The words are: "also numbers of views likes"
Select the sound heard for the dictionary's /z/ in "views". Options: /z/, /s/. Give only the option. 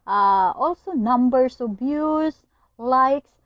/s/